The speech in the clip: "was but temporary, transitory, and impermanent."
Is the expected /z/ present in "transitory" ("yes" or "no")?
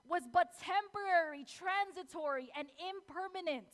yes